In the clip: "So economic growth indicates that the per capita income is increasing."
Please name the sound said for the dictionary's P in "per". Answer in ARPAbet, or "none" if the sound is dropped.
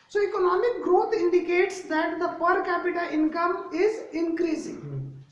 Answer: P